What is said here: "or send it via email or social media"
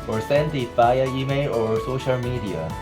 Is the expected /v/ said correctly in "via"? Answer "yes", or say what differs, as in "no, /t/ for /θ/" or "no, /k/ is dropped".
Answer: no, /f/ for /v/